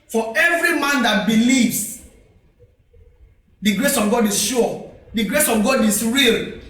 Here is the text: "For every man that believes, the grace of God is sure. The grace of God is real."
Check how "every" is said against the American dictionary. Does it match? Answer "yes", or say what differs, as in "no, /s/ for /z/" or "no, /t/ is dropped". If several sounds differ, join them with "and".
yes